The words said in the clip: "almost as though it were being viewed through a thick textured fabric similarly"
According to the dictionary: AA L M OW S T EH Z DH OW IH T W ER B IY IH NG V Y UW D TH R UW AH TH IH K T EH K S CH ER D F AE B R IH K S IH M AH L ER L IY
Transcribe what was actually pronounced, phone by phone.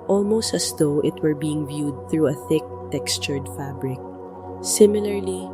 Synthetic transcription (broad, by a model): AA L M OW S T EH S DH OW IH T W ER B IY IH NG V Y UW D TH R UW AH TH IH K T EH K S CH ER D F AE B R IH K S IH M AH L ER L IY